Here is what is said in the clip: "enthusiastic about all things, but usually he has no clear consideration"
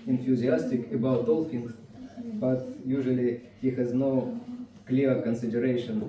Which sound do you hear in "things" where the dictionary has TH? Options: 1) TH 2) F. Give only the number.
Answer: 2